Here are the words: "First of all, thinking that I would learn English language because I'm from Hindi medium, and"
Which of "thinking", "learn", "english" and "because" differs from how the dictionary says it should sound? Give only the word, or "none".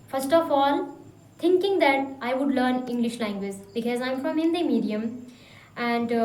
thinking